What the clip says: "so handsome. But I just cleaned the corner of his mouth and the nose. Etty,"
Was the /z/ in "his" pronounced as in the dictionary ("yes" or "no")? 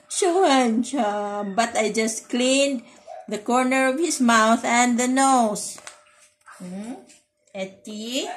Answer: no